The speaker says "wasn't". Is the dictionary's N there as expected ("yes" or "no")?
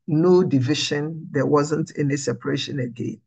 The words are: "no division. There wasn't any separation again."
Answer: yes